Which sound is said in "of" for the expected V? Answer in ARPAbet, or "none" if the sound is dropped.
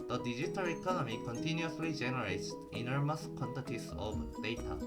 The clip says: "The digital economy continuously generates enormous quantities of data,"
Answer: B